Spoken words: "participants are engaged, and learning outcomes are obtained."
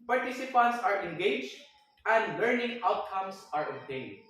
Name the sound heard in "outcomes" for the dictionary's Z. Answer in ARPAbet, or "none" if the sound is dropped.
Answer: S